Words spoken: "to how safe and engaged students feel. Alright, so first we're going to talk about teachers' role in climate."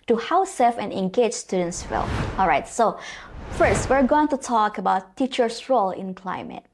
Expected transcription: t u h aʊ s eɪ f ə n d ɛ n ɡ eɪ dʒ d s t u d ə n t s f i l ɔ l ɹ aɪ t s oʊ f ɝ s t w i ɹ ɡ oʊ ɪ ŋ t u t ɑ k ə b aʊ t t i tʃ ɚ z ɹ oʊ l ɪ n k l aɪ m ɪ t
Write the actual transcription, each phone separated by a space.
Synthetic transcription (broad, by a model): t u h aʊ s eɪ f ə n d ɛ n ɡ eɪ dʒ s t u d ə n t s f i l ɔ l ɹ aɪ t s oʊ f ɝ s t w i ɹ ɡ oʊ ɪ ŋ t u t ɑ k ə b aʊ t t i tʃ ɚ s ɹ oʊ l ɪ n k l aɪ m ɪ t